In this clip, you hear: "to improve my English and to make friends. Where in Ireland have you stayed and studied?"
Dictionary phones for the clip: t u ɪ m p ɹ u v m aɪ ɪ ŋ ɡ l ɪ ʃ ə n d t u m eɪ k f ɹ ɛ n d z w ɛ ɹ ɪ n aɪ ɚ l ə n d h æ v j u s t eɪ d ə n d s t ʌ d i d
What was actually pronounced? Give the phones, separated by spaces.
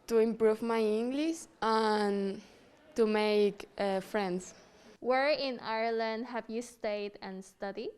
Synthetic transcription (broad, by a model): t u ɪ m p ɹ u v m aɪ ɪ ŋ ɡ l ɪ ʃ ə n t u m eɪ k f ɹ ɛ n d s w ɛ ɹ ɪ n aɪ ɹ l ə n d h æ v j u s t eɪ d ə n s t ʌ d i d